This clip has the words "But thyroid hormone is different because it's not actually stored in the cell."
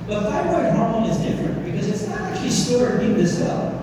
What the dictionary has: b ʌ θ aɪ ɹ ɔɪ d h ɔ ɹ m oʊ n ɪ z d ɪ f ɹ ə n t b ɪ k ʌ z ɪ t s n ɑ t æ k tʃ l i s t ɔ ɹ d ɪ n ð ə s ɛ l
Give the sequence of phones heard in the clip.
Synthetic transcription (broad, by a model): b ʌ t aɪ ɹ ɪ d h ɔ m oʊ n ɪ z d ɪ f ɹ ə n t b ɪ k ʌ z ɪ t s n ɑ t æ k tʃ l i s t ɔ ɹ ɪ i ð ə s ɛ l